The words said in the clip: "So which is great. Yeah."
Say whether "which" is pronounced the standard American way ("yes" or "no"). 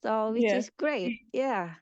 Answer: no